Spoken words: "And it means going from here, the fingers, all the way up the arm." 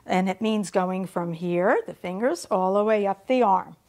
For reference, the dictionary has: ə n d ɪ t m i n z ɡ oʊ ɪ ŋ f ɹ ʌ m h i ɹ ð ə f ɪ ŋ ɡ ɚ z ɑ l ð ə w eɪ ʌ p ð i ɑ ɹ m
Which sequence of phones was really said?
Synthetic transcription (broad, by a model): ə n ɪ t m i n z ɡ oʊ ɪ ŋ f ɹ ʌ m h i ɹ ð ə f ɪ ŋ ɡ ɚ z ɑ l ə w eɪ ʌ p ð i ɑ ɹ m